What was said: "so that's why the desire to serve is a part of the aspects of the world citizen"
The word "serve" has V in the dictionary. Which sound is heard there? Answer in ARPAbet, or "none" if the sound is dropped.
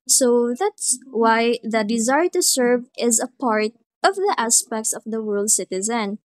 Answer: V